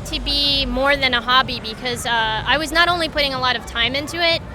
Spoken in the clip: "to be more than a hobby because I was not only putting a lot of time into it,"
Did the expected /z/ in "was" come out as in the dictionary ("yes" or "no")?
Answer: yes